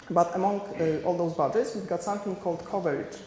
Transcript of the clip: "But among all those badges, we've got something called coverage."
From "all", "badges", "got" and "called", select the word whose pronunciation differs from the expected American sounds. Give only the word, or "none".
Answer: badges